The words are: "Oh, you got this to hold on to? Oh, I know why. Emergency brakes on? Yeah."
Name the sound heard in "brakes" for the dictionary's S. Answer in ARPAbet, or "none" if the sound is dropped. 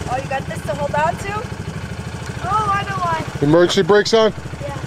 S